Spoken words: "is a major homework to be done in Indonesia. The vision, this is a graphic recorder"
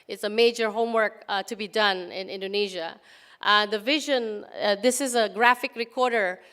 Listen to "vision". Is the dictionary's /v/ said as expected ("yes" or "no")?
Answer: yes